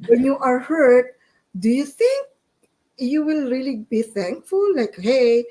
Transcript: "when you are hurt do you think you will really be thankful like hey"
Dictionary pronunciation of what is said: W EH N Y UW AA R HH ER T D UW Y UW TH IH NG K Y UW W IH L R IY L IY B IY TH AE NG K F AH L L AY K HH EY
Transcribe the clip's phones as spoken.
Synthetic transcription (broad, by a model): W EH N Y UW AA R HH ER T D UW Y UW TH IH NG K Y UW W IH L R IY L IY B IY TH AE NG K F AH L L AY K HH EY